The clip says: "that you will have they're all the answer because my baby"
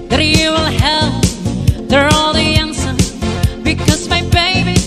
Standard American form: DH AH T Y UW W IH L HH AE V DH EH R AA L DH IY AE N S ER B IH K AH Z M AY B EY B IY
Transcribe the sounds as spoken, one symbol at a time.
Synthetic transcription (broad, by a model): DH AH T Y UW W IH L HH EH P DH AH R AA L DH IY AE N S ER B IH K AH Z M AY B EY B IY